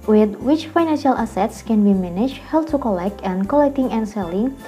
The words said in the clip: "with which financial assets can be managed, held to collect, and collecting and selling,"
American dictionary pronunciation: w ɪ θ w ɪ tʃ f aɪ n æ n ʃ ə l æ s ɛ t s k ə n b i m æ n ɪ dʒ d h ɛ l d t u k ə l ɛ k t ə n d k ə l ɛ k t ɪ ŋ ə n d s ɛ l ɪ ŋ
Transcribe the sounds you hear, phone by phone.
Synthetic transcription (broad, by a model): w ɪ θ w ɪ tʃ f aɪ n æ n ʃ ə l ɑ s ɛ t s k ə n b i m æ n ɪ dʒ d h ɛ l t u k ə l ɛ k t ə n k ə l ɛ k t ɪ ŋ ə n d s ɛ l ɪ ŋ